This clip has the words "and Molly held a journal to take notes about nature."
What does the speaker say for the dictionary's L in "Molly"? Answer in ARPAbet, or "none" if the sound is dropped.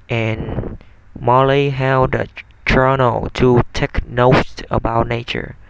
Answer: L